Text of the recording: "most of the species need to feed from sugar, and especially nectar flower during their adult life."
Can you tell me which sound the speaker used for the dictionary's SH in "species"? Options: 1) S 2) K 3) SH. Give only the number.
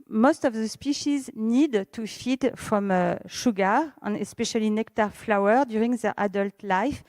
3